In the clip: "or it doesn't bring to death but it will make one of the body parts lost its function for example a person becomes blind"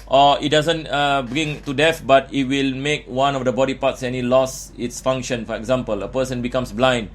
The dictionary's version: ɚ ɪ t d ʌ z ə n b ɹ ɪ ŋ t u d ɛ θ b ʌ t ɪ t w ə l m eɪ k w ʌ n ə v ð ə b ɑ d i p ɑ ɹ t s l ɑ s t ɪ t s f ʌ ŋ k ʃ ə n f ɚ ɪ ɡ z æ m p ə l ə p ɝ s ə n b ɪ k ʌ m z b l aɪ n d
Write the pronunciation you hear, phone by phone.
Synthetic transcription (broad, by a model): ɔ ɪ t d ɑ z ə n b ɹ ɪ ŋ t u d ɛ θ b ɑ t ɪ t w ə l m eɪ k w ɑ n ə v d ə b ɑ d i p ɑ t s l ɑ s ɪ t s f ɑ ŋ k ʃ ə n f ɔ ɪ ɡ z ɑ m p ə l ə p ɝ s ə n b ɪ k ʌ m s b l aɪ n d